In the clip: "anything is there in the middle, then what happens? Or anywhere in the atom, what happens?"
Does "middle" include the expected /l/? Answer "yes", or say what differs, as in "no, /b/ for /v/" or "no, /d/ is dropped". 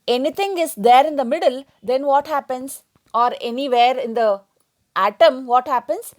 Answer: yes